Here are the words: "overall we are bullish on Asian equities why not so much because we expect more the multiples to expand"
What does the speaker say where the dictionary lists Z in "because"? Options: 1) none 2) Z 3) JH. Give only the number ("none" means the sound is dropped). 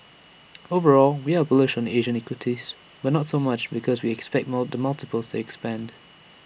2